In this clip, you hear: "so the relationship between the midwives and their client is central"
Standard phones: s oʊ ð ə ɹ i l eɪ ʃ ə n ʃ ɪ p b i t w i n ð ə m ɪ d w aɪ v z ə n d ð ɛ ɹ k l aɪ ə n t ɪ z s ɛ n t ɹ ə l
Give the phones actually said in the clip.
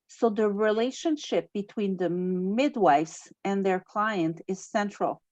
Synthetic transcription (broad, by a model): s oʊ ð ə ɹ i l eɪ ʃ ə n ʃ ɪ p b i t w i n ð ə m ɪ d w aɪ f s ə n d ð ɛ ɹ k l aɪ ə n t ɪ z s ɛ n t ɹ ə l